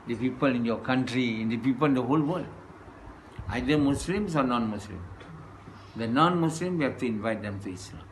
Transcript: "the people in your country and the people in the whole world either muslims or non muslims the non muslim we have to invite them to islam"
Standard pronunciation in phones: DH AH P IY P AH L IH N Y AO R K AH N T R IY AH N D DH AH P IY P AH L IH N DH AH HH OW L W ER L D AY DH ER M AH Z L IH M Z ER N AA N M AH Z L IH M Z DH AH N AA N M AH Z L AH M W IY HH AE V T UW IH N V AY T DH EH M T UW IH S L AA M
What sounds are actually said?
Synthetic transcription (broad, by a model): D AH P IY P AH L IH N Y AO K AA N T R IY AH N D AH P IY P AH L IH N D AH HH OW L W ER L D AY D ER M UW S L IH M S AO N AA N M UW S L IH M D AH N AA N M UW S L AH M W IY HH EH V T UW IH N V AY T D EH M T UW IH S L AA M